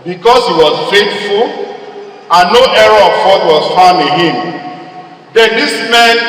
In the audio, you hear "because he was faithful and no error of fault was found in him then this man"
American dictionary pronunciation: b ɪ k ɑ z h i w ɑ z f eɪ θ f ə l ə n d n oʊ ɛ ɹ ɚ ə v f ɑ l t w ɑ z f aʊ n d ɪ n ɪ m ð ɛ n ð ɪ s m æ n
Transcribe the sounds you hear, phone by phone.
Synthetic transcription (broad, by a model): b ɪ k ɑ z h i w ɑ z f eɪ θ f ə l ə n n oʊ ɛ ɹ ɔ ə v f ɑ t w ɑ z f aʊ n ɪ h ɪ m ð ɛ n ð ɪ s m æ n